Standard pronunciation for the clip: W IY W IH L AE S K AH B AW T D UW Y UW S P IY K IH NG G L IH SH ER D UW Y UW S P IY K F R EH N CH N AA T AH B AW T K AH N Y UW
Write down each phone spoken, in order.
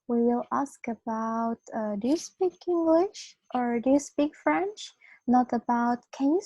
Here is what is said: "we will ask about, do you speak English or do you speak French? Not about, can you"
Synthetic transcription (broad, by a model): W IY W IH L AE S K AH B AW T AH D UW S P IY K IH NG G L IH SH ER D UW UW S P IY K F R EH N CH N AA T AH B AW T K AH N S